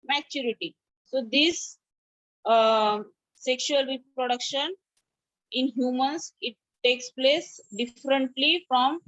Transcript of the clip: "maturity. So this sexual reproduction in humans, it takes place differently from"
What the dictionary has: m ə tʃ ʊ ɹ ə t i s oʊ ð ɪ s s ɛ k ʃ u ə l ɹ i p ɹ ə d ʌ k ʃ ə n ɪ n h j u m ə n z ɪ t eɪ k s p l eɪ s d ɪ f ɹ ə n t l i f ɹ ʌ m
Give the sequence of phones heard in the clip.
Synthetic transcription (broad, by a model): m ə tʃ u ɹ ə t i s oʊ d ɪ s s ɛ k ʃ u ə l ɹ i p ɹ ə d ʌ k ʃ ə n ɪ n h j u m ə n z ɪ t eɪ k s p l eɪ s d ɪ f ɹ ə n t l i f ɹ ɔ m